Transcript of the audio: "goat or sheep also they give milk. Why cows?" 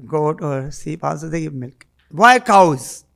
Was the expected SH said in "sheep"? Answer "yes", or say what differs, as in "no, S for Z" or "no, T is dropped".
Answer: no, S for SH